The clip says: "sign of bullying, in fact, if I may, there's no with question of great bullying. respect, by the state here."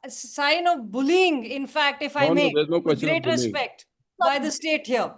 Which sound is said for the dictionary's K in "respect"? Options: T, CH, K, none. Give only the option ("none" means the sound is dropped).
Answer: K